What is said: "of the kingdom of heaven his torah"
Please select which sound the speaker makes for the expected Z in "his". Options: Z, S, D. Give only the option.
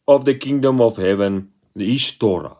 S